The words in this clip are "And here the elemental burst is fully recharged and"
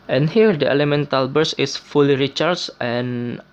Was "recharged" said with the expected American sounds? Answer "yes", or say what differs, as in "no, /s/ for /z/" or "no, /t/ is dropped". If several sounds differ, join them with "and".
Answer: no, /d/ is dropped